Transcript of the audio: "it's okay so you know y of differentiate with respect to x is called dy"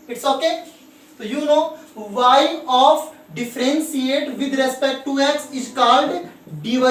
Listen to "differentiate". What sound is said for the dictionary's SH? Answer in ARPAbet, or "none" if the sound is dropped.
S